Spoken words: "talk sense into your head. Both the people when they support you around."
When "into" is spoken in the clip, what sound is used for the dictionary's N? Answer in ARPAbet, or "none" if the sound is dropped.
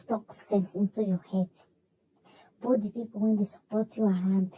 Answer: N